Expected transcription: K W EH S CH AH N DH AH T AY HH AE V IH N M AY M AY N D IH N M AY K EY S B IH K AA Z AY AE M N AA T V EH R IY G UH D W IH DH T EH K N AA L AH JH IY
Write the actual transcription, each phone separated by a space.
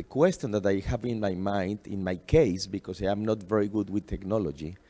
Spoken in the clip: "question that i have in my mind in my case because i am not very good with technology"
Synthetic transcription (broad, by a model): K W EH S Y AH N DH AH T AY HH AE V IH N M AY M AY N D IH N M AY K EY S B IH K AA S AY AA M N AA T V EH R IY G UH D W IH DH T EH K N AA L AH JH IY